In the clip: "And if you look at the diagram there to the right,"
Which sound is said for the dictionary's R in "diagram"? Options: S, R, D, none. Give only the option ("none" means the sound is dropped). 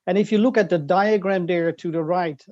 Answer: R